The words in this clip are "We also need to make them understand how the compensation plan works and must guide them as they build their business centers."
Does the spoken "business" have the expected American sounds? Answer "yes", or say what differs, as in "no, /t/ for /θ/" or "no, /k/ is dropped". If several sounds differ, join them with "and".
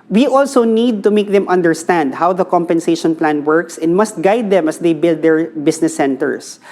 no, /s/ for /z/